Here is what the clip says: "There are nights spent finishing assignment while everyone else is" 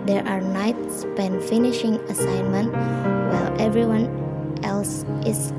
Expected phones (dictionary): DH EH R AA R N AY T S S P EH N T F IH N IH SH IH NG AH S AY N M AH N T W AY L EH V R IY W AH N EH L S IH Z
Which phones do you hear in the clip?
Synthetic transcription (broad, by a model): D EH R AA R N AY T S S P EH N F IH N IH SH IH NG AH S AY N M AH N T W AY L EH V R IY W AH N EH L S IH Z